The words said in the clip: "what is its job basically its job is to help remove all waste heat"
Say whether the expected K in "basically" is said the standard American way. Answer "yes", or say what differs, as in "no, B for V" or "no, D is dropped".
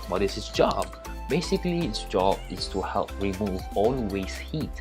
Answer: yes